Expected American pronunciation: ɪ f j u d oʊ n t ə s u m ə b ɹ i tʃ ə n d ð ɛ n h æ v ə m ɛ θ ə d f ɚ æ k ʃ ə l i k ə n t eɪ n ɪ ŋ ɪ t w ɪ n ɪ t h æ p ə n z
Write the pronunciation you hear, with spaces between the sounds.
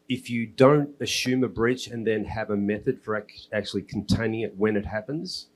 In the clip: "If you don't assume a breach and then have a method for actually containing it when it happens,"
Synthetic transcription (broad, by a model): ɪ f j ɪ d oʊ n t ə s u m ə b ɹ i tʃ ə n ð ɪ n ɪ v ə m ɛ θ ə d f ɚ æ k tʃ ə l i k n t eɪ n ɪ ŋ ɪ t w ɪ n ɪ t h æ p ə n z